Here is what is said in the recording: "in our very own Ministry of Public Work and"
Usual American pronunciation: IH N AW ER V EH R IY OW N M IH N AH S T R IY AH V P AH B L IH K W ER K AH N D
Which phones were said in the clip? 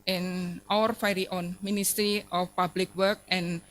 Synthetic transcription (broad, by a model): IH N AW ER F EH R IY OW N M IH N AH S T R IY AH F P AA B L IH K W ER K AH N